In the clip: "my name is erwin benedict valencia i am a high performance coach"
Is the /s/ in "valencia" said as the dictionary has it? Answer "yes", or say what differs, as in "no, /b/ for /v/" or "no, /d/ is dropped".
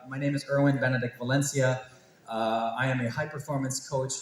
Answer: yes